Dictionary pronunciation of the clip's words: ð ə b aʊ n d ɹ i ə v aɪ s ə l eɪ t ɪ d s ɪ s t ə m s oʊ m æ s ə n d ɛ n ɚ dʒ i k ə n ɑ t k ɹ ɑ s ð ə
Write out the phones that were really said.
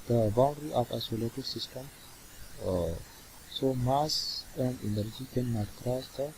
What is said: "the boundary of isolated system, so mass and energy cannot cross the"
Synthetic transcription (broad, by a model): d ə b aʊ n d ɹ i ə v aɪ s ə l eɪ t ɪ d s ɪ s t ə m s oʊ m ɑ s ə n d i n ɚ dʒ i k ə n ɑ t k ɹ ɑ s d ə